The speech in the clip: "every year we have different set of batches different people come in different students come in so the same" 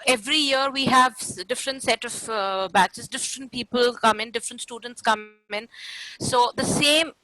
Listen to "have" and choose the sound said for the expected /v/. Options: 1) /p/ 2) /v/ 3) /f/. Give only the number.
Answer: 2